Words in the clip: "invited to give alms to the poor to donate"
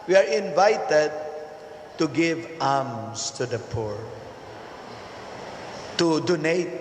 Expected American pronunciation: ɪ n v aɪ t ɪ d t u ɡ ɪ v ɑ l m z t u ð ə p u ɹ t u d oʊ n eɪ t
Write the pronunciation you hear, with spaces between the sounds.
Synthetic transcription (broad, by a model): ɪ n v aɪ t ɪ d t u ɡ ɪ v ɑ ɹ m s t u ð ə p u ɹ t u d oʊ n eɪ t